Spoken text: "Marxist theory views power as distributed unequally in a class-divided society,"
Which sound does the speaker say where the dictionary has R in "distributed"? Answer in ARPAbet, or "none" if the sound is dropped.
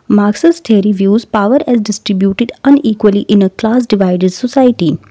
R